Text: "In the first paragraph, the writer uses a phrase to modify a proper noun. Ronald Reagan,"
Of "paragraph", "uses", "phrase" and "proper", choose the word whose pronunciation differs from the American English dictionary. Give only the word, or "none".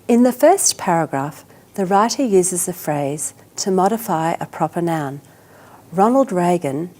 none